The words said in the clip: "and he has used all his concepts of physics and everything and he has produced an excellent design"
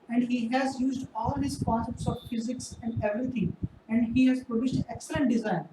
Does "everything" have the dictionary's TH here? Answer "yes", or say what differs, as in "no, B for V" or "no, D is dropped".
no, T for TH